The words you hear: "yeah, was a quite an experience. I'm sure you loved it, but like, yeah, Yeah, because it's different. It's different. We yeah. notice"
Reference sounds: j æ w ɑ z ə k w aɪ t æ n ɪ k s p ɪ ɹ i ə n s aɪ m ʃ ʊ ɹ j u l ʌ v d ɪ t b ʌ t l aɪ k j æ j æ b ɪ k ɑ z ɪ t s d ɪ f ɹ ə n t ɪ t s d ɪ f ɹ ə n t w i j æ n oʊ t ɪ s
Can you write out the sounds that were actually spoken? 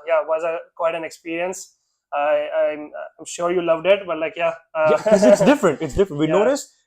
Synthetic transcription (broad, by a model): j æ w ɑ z ə k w aɪ t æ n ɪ k s p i ɹ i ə n s aɪ m ʃ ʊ ɹ j u l ʌ v d ɪ t b ʌ t l aɪ k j j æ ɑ ɪ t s d ɪ f ɹ ə n t ɪ t s d ɪ f ɹ ə n t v i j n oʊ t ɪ s